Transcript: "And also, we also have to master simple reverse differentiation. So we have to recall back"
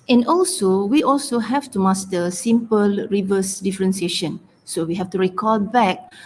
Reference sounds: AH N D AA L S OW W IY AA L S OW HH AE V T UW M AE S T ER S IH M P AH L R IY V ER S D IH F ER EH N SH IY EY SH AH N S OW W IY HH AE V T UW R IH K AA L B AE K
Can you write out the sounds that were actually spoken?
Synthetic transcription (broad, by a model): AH N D AA L S OW W IY AA L S OW HH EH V T UW M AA S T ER S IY M P AH L R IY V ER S D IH F ER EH N S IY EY SH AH N S OW W IY HH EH F T UW R IH K AA L B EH K